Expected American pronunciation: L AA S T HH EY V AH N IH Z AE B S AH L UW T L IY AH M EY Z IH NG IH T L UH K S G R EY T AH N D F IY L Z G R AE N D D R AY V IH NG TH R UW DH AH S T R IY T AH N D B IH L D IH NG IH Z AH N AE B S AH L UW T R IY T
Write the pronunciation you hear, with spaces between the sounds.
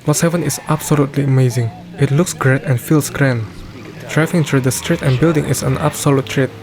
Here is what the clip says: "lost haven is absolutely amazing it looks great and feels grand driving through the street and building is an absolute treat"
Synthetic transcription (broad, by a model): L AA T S HH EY V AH N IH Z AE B S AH L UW T L IY AH M EY Z IH NG IH T L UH K S G R EY T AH N F IY L S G R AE N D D R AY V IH NG T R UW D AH S T R IY T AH N B IH L D IH NG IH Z AH N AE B S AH L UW T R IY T